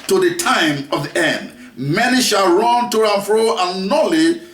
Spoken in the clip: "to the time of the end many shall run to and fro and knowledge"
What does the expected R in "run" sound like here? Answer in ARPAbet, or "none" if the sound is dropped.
R